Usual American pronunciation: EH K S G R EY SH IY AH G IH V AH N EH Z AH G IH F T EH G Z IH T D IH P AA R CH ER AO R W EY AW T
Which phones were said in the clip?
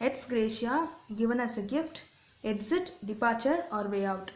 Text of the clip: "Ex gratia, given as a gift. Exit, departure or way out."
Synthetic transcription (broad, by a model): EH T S G R EY SH IY AH G IH V AH N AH S AH G IH F T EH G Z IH T D IH P AA R CH ER AO R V EY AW T